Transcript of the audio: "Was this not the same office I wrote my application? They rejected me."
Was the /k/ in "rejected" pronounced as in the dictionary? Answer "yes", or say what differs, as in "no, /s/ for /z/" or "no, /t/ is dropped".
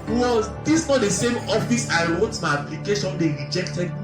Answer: yes